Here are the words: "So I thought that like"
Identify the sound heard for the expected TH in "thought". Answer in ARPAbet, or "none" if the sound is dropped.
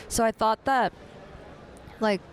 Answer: TH